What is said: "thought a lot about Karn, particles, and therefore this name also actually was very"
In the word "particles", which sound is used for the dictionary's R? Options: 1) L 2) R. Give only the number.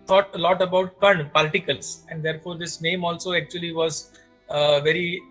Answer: 1